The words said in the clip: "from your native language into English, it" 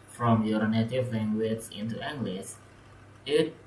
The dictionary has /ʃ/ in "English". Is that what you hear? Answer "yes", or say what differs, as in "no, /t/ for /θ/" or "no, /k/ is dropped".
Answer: no, /s/ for /ʃ/